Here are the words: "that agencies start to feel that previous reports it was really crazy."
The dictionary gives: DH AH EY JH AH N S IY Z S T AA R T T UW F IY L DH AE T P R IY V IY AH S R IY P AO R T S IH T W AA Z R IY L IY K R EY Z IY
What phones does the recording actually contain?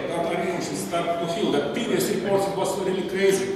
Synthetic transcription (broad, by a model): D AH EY AH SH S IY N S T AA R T T UW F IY L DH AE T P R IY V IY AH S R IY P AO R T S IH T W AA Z R IY L IY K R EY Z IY